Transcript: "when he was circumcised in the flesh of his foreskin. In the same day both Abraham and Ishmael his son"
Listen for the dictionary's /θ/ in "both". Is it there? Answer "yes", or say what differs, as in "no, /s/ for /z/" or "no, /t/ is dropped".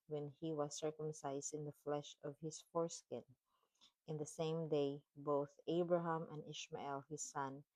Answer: yes